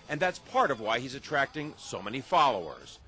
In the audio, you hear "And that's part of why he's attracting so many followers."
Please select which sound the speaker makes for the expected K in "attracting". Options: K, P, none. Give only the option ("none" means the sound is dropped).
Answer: K